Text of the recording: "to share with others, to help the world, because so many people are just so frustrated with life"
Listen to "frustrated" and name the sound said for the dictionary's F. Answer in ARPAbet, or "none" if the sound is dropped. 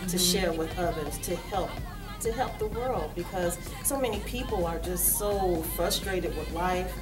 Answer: F